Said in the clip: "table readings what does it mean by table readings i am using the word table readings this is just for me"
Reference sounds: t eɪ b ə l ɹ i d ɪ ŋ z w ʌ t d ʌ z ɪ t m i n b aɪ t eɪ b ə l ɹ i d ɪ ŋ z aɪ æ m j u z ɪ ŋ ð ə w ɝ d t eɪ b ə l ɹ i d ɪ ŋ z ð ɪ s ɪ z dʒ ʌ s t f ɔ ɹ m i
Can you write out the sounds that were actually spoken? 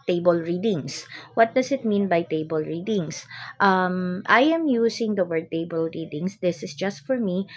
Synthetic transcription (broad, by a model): t eɪ b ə l ɹ i d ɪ ŋ s w ʌ t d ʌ s ɪ t m i n b aɪ t eɪ b ə l ɹ i d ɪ ŋ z aɪ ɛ m j u s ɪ ŋ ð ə w ɝ d t eɪ b ə l ɹ i d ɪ ŋ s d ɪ s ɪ s dʒ ʌ s t f ɔ ɹ m i